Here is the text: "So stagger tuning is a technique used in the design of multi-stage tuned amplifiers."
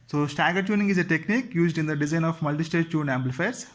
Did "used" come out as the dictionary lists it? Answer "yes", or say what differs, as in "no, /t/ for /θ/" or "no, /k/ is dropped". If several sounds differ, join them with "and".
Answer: yes